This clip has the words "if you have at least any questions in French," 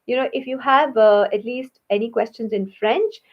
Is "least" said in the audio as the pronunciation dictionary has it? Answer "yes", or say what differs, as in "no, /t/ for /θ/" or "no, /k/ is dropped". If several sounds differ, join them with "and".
yes